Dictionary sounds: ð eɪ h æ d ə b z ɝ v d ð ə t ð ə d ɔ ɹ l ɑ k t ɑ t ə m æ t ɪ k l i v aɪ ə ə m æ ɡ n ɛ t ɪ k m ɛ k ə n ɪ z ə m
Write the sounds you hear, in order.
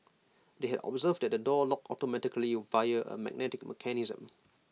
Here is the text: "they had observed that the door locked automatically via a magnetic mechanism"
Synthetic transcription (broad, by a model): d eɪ h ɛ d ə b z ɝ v d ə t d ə d ɔ l ɑ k ɑ t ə m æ t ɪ k l i v aɪ ə ə m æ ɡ n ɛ t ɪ k m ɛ k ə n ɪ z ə m